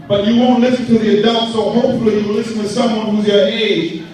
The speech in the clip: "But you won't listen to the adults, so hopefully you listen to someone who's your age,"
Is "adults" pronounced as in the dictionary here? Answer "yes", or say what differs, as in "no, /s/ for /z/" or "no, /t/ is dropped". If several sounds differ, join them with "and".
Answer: no, /l/ is dropped